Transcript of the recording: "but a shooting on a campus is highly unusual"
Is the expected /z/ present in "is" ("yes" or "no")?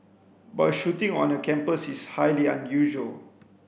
no